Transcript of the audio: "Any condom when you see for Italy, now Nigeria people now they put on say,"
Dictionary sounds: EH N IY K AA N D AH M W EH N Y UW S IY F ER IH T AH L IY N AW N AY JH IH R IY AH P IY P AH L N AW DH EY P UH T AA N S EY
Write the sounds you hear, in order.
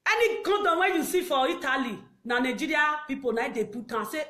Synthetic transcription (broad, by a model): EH N IY K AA D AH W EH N Y UW S IY F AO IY T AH L IY N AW N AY JH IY R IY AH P IY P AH N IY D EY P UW T AA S EY